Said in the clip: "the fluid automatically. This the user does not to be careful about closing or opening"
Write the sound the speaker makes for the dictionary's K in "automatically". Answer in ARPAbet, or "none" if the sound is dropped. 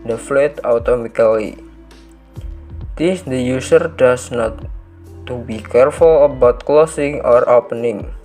none